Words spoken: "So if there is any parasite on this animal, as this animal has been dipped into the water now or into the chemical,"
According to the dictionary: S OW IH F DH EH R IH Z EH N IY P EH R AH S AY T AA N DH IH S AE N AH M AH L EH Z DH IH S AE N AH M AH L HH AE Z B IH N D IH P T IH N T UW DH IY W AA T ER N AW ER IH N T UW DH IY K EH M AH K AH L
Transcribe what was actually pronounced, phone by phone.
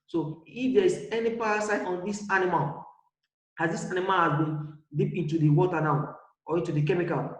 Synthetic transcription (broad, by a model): S OW IH F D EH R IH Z EH N IY P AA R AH S AY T AA N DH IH S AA N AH M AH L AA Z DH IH S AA N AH M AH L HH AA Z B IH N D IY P IH N T UW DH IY W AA T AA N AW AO IH N T UW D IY K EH M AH K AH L